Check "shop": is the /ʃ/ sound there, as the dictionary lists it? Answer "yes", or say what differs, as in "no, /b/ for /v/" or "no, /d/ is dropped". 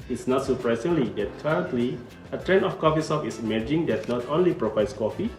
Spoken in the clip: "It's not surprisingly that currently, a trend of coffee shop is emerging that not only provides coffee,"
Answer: no, /s/ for /ʃ/